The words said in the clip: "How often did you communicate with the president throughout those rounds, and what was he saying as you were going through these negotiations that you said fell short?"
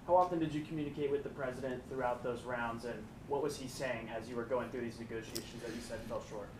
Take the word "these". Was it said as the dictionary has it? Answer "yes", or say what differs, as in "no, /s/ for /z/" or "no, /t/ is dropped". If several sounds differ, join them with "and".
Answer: yes